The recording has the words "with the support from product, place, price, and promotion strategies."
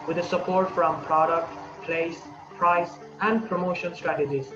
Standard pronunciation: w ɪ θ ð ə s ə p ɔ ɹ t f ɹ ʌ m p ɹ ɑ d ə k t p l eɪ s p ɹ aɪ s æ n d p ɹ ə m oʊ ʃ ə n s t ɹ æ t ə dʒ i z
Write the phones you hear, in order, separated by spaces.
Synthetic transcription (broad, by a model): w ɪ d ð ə s ə p ɔ ɹ t f ɹ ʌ m p ɹ ɑ d ə k t p l eɪ s p ɹ aɪ s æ n d p ɹ ə m oʊ ʃ ə n s t ɹ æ t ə dʒ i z